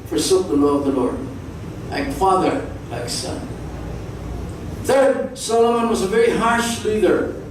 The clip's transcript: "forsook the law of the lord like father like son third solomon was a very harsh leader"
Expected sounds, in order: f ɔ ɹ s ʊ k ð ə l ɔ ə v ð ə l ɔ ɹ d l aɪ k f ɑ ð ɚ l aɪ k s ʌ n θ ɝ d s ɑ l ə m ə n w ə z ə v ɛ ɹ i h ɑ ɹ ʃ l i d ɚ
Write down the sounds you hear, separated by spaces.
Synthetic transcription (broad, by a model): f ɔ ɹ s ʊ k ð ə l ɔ ə v ð ə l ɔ ɹ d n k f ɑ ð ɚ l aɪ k s ʌ n θ ɝ d s ɑ l ə m ə n w ə z ə v ɛ ɹ i h ɑ ɹ ʃ l i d ɚ